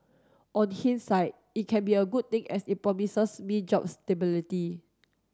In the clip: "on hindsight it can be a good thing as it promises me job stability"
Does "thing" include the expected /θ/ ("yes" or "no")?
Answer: no